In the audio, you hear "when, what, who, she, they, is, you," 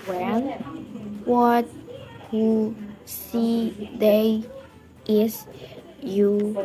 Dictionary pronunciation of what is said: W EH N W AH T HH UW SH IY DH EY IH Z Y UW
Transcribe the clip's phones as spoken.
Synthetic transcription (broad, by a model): W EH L W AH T HH UW S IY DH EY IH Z Y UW